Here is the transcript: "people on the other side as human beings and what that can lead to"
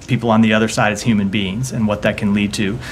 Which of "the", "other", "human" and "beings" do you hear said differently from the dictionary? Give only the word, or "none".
none